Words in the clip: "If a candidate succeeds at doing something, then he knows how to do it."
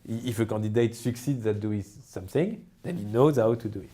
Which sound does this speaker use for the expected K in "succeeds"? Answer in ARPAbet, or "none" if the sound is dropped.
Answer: K